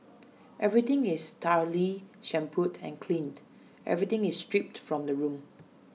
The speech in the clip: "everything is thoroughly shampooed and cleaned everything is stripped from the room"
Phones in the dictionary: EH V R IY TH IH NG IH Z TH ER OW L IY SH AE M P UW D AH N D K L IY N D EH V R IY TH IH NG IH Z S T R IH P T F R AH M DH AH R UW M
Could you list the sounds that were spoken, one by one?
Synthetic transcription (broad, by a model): EH V R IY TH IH NG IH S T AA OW L IY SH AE M P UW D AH N K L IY N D EH V R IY T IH NG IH S T R IH P T F R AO M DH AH R UW M